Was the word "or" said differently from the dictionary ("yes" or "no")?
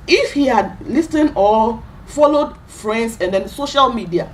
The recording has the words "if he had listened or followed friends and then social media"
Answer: yes